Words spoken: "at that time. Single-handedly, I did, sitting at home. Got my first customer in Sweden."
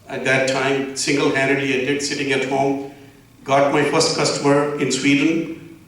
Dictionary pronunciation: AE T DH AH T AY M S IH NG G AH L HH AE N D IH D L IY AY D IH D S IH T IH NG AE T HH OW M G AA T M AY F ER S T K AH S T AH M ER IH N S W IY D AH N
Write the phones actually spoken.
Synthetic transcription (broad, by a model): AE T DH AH T AY M S IH NG G AH L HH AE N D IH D IY AY D IH D S IH T IH NG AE T HH OW M G AA T M AY F ER S T K AH S T AH M ER IH N S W IY D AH N